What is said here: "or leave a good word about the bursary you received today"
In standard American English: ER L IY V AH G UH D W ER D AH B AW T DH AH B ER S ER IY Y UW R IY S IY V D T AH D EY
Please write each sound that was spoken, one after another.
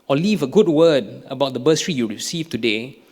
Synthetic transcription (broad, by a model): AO L IY V AH G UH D W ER D AH B AW T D AH B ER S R IY Y UW R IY S IY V T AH D EY